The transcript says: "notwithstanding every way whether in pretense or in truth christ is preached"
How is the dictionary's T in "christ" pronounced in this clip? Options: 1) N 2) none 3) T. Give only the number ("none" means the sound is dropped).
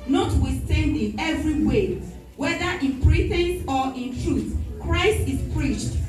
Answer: 3